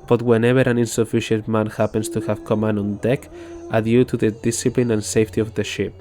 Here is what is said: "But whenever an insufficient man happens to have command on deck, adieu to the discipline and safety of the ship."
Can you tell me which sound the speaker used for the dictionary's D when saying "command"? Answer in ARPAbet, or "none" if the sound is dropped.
none